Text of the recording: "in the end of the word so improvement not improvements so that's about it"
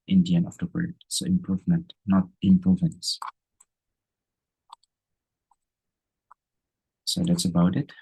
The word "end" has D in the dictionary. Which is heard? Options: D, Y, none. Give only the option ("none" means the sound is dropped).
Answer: none